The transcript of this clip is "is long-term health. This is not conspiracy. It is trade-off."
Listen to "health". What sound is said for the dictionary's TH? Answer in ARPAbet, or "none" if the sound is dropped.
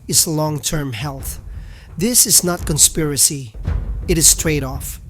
TH